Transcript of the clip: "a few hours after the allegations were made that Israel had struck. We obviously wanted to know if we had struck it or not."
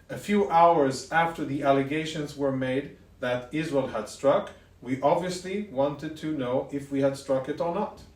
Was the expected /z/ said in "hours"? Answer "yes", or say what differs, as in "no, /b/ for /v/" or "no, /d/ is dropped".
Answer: yes